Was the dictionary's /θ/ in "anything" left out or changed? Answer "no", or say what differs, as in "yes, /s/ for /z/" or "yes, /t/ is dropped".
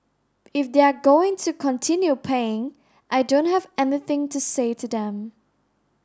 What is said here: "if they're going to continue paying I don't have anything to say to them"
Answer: no